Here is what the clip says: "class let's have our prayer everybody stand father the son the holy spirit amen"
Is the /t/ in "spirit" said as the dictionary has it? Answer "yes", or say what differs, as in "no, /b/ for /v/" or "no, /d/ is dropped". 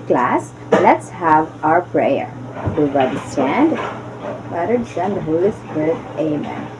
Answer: no, /t/ is dropped